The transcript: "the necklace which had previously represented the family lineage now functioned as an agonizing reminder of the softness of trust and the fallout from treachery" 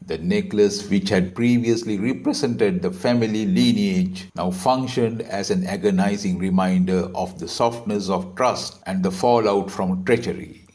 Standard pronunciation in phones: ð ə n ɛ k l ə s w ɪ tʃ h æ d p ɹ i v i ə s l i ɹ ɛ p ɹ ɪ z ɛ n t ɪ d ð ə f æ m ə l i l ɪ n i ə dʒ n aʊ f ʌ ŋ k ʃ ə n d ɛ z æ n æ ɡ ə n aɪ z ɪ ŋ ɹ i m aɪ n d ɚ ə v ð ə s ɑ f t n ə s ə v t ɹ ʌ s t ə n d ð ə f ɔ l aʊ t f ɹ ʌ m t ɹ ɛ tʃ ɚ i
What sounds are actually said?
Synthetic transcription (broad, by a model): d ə n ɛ k l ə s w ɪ tʃ h æ d p ɹ i v i ə s l i ɹ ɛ p ɹ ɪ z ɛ n t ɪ d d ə f æ m ə l i l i n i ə dʒ n aʊ f ʌ ŋ k ʃ ə n d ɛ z æ n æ ɡ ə n aɪ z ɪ ŋ ɹ i m aɪ n d ɚ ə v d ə s ɑ f t n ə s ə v t ɹ ʌ s t ə n d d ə f ɔ l aʊ t f ɹ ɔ m t ɹ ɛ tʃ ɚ i